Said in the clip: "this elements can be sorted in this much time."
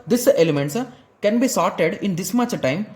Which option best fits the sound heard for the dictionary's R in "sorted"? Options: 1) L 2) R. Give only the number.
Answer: 2